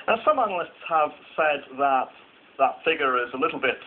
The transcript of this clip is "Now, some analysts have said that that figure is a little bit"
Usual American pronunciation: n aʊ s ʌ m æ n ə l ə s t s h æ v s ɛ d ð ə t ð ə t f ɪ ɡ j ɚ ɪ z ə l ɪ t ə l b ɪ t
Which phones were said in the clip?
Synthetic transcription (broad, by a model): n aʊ s ʌ m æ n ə l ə s t s h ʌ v s ɛ d ð ə t ð ə t f ɪ ɡ j ɚ ɪ z ə l ɪ t l b ɪ t